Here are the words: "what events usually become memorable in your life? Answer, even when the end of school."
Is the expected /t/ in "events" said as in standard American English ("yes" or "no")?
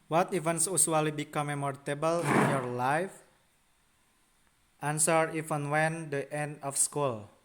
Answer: no